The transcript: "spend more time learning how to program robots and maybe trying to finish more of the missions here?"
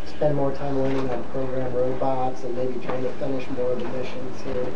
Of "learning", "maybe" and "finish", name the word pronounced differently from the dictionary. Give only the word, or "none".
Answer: learning